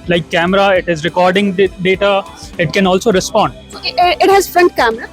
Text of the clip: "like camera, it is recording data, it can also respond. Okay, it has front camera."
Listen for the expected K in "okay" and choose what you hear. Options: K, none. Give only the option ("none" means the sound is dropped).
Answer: none